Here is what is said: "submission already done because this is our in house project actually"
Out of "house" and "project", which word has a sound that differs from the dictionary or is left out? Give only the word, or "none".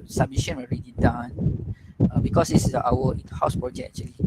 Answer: project